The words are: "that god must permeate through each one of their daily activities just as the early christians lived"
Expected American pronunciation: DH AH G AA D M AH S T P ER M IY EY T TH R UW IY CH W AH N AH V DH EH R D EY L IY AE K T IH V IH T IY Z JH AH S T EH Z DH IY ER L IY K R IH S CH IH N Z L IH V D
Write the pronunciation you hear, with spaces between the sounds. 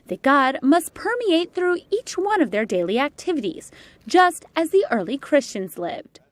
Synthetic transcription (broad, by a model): DH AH G AA D M AH S T P ER M IY EY T TH R UW IY CH W AH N AH V DH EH R D EY L IY AE K T IH V IH T IY Z JH AH S T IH Z DH IY ER L IY K R IH S CH IH N Z L IH V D